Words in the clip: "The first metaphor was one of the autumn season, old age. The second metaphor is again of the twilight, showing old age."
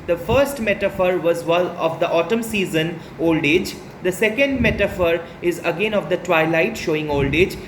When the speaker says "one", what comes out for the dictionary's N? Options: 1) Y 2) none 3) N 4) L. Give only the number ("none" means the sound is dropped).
4